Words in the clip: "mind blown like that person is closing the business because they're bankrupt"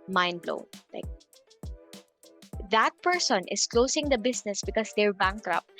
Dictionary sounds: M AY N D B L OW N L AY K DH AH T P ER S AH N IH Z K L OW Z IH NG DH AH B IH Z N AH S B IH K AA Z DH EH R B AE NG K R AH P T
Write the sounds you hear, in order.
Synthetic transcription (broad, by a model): M AY N B L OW L AY K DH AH T P ER S AH N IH S K L OW S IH NG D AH B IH S N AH S B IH K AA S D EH R B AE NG K R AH P